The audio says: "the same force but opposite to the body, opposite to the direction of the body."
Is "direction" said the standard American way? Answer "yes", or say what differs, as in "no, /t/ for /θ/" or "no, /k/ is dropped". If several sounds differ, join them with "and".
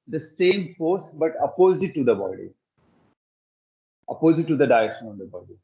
no, /ɹ/ is dropped